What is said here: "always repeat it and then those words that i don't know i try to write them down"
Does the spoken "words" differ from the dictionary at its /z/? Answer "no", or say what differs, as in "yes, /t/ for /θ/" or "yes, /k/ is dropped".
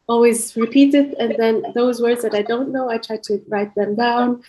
no